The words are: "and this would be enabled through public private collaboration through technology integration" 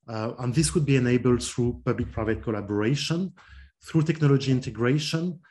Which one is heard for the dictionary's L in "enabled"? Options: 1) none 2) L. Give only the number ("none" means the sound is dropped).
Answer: 2